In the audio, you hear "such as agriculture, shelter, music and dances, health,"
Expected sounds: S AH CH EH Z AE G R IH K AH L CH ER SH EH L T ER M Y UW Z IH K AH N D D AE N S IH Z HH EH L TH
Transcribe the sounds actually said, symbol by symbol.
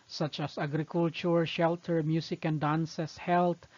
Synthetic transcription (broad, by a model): S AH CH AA S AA G R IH K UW L CH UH SH EH L T ER M Y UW S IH K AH N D D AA N S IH S HH EH L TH